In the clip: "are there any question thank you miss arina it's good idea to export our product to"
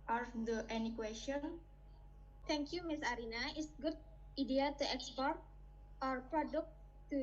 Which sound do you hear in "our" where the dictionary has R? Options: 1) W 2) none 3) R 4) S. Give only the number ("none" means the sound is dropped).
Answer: 3